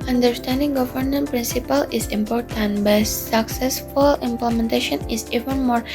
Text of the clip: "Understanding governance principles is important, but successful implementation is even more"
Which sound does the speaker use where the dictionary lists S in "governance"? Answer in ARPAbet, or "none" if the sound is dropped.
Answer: none